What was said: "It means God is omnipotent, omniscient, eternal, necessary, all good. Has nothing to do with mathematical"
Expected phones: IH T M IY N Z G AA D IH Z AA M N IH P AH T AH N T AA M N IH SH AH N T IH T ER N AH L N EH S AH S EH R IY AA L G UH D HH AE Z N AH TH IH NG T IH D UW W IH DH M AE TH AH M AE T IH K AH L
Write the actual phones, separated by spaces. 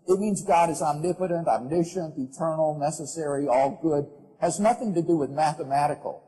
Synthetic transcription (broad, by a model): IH T M IY N Z G AA D IH Z AA M N IH P AH T AH N T AA M N IH SH AH N T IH T ER N L N EH S AH S EH R IY AA L G UH D HH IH Z N AH TH IH NG T IH D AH W IH DH M AE TH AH M AE T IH K L